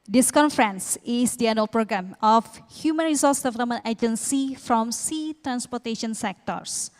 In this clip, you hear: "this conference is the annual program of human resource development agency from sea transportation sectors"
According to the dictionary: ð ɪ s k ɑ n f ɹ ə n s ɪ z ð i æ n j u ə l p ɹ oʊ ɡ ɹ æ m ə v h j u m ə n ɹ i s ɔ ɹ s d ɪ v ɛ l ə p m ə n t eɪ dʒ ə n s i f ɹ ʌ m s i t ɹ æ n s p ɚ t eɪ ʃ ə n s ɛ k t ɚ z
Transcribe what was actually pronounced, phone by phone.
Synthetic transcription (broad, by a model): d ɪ s k ɑ n f ɹ ə n s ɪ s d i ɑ n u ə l p ɹ oʊ ɡ ɹ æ m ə f h j u m ə n ɹ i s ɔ s d ɪ v ɛ l ə p m ə n t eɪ dʒ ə n s i f ɹ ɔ m s i t ɹ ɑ n s p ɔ t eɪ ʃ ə n s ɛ k t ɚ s